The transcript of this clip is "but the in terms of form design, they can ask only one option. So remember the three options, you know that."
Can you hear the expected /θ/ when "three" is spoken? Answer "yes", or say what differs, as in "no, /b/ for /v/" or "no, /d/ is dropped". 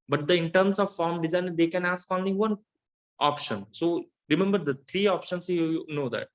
no, /t/ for /θ/